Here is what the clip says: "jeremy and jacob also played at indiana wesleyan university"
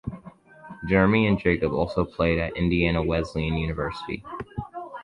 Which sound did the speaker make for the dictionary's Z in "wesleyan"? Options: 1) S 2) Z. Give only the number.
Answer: 2